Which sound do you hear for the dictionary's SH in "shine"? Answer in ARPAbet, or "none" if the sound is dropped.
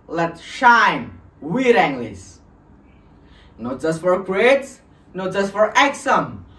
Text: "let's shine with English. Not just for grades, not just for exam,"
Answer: SH